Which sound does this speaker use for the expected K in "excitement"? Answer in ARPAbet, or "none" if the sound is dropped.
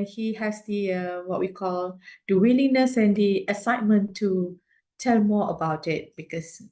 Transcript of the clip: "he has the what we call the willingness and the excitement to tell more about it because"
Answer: none